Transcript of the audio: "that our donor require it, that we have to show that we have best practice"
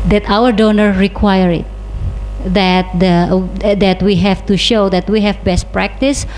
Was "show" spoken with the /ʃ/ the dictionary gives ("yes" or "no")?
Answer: yes